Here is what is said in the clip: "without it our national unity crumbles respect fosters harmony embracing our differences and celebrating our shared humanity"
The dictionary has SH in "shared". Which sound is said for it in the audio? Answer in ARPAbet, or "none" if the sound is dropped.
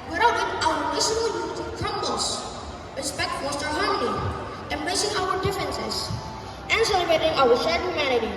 S